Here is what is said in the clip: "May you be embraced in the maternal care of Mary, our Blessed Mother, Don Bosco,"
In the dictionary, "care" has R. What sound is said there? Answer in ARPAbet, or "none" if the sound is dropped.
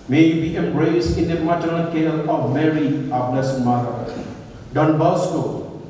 L